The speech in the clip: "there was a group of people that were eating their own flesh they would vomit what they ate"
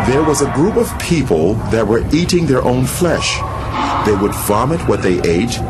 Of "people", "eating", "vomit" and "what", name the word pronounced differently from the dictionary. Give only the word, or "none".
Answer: none